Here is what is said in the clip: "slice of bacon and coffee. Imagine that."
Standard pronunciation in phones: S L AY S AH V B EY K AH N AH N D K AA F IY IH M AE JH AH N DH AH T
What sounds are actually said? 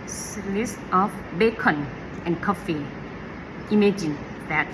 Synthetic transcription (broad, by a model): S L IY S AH F B EY K AH N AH N K AA F IY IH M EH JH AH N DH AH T